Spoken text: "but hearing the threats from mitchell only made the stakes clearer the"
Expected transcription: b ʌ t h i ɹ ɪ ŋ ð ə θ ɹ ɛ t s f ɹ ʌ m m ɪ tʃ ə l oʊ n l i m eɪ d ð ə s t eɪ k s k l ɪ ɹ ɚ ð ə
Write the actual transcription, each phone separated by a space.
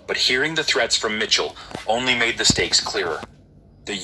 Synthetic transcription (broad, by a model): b ʌ t h i ɹ ɪ ŋ ð ə θ ɹ ɛ t s f ɹ ʌ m m ɪ tʃ l oʊ n l i m eɪ d ð ə s t eɪ k s k l ɪ ɹ ɚ ð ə